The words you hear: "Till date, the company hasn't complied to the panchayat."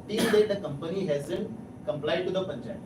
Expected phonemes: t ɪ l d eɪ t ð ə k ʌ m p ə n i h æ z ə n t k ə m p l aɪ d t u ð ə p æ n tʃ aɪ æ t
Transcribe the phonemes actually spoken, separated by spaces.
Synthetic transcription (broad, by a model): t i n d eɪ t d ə k ʌ m p ə n i h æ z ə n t k ə m p l aɪ d t u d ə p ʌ n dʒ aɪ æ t